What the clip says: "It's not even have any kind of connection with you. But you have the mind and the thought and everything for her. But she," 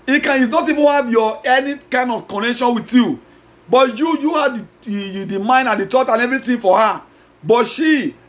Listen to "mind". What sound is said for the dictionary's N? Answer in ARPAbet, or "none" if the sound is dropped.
N